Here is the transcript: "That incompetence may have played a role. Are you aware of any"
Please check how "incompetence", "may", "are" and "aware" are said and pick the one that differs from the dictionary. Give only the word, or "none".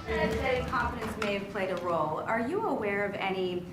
incompetence